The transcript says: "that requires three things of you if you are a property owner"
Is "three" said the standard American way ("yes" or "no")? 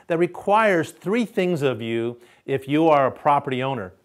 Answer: yes